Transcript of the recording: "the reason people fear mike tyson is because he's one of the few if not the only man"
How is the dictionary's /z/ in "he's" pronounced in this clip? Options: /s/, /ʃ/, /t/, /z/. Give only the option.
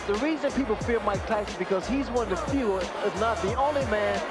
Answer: /z/